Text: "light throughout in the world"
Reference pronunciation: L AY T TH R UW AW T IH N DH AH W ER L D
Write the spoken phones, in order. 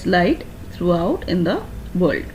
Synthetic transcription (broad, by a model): L AY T T R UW AW T IH N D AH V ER L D